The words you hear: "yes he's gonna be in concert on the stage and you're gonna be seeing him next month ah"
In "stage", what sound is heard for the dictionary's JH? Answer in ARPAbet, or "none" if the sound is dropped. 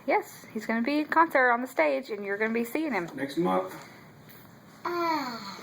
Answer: JH